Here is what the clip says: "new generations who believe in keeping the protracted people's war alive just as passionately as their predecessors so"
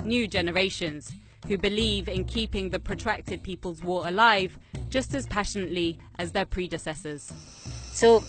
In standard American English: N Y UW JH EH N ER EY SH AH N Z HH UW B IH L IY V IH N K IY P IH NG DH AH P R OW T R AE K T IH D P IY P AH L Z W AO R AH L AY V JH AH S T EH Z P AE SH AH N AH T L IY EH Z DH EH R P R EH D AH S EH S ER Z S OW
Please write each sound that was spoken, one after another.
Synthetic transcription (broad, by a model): N Y UW JH EH N ER EY SH AH N Z HH UW B IH L IY V IH N K IY P IH NG DH AH P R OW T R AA K T IH D P IY P AH L Z W AO R AH L AY V JH AH S T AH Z P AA SH AH N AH T L IY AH Z DH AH P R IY D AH S EH S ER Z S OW